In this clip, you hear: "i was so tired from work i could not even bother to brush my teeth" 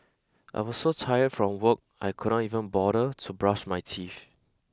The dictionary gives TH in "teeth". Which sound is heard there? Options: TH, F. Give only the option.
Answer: F